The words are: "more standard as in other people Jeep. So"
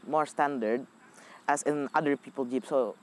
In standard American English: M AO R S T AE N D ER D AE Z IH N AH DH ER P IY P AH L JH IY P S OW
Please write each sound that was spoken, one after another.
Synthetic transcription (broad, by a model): M AO R S T AE N D ER D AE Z IH N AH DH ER P IY P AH L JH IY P S OW